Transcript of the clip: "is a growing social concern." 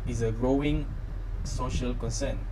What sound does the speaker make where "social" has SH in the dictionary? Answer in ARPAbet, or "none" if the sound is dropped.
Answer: SH